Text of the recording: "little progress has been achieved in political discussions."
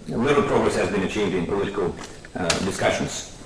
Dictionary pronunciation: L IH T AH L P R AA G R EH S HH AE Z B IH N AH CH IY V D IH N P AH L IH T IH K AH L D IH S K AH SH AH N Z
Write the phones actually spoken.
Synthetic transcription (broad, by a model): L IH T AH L P R AA G R EH S HH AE Z B IH N AH CH IY V D IH N P AH L IH T IH K AH L D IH S K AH SH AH N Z